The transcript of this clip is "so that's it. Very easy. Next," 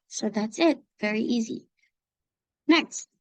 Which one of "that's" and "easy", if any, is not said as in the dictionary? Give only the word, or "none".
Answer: none